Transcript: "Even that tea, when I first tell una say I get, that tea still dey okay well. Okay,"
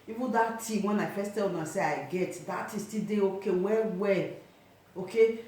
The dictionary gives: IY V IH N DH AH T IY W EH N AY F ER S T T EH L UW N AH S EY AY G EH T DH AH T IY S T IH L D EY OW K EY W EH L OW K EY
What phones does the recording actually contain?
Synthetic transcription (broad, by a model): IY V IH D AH T IY W EH N AY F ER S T T EH L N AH S EY AY G EH T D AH T IY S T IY D EY OW K EY W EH W OW K EY